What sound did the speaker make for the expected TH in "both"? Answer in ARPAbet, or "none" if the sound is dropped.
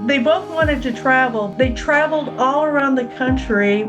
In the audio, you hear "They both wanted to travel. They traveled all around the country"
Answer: TH